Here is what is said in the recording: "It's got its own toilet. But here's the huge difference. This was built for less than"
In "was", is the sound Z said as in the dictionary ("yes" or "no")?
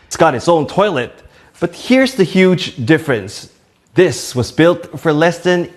yes